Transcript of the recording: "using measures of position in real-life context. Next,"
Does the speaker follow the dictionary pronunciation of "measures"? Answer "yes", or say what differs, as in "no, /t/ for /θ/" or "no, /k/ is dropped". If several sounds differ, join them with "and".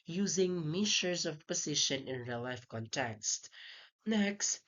no, /ʃ/ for /ʒ/